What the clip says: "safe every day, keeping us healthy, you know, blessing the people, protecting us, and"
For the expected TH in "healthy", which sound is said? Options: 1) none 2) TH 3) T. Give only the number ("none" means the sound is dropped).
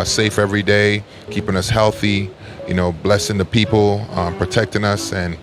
2